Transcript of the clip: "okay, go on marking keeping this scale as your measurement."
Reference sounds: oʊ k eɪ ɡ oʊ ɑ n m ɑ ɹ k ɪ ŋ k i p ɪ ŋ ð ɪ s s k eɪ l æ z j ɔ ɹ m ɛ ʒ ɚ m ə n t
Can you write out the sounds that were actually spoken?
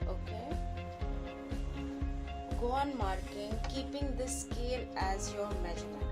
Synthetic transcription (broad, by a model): oʊ k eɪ ɡ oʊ ɑ n m ɑ ɹ k ɪ ŋ k i p ɪ ŋ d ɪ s s k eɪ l æ z j ɔ ɹ m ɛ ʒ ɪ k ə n